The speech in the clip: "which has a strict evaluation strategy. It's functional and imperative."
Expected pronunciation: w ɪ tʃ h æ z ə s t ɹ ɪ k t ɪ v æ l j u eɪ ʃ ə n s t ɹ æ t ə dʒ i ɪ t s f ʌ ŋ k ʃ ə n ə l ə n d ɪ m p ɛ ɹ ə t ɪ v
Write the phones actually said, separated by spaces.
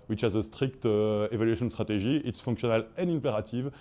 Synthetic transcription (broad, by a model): w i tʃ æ z ə s t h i k t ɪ v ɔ l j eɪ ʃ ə n s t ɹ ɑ t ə ʒ i ɪ t s f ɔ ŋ k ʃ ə n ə l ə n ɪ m p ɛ ɹ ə t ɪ v